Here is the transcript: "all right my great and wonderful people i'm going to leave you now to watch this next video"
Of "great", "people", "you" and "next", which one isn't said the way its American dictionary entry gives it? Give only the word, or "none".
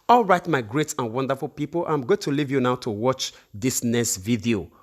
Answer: next